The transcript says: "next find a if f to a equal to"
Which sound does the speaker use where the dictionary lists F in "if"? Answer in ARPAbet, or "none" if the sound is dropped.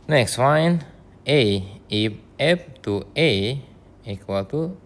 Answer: P